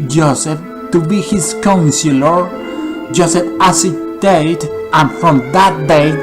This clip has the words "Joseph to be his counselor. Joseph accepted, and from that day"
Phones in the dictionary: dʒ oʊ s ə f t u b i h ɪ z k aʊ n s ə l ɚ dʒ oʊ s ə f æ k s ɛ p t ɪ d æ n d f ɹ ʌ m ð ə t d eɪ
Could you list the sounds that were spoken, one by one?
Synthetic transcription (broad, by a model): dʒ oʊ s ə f t u b i h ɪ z k aʊ n s ə l ɚ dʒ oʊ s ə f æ s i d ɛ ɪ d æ n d f ɹ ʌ m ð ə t d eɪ